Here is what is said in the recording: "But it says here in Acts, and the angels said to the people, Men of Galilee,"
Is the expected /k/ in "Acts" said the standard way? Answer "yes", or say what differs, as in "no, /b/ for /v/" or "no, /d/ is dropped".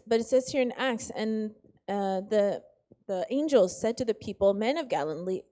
yes